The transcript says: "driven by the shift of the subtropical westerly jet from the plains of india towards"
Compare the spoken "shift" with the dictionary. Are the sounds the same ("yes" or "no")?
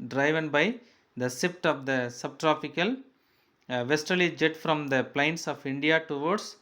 no